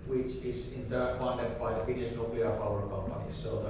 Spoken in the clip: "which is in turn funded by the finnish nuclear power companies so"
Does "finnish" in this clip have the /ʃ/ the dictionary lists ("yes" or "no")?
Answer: no